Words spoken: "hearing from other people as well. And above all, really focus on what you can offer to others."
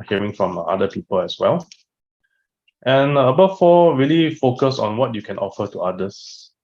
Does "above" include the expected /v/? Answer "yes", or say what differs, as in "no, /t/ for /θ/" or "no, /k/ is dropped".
no, /f/ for /v/